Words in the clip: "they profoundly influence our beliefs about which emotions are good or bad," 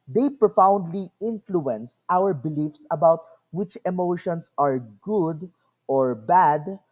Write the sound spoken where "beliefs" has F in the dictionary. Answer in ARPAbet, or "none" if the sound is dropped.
F